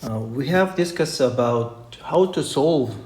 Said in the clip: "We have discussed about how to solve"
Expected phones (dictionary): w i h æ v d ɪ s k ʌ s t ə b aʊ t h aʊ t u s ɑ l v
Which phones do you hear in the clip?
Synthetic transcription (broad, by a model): w i h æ v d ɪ s k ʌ s ə b aʊ t h aʊ t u s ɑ l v